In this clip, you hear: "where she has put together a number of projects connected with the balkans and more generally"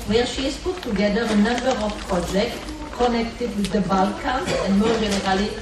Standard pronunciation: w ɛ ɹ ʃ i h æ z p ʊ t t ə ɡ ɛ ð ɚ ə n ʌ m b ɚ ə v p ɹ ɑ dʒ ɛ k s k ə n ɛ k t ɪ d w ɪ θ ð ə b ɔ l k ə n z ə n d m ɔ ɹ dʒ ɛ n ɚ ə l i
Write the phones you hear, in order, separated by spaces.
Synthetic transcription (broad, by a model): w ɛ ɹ ʃ i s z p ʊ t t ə ɡ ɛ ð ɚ ə n ʌ m b ɚ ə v p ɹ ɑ dʒ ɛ k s k ə n ɛ k t ɪ d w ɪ ð ə b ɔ l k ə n s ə n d m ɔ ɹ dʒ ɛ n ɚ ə l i